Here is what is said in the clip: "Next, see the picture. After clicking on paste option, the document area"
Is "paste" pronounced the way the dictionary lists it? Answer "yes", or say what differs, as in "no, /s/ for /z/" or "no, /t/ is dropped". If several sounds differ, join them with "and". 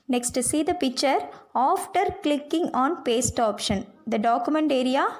yes